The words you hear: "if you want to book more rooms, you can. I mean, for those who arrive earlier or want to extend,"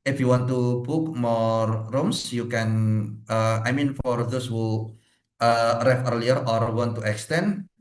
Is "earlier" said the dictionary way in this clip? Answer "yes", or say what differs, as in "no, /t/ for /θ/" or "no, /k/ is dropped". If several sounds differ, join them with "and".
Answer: yes